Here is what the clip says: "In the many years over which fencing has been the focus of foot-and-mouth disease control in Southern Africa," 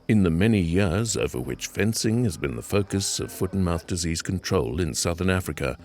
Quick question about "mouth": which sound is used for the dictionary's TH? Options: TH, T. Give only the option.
TH